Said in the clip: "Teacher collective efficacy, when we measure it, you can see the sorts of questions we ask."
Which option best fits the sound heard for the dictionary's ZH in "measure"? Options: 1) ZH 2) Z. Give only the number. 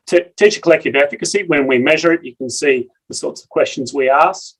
1